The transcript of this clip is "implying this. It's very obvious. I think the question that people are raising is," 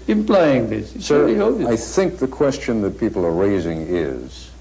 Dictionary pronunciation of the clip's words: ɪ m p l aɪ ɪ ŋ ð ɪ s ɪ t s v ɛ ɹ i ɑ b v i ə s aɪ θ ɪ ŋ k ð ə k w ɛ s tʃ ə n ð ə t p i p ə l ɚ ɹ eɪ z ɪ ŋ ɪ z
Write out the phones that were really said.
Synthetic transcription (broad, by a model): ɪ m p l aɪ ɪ ŋ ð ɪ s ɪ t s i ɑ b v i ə ɪ θ ɪ ŋ k ð ə k w ɛ s tʃ ə n ð ə t p i p l ɚ ɹ eɪ z ɪ ŋ ɪ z